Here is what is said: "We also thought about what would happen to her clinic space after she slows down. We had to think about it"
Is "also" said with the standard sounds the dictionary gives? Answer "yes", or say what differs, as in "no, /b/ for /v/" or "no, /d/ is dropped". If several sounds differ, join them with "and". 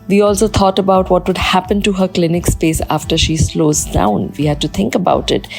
yes